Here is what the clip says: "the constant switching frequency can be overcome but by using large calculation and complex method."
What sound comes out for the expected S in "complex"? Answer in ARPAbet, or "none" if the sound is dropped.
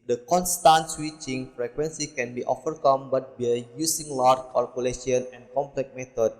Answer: none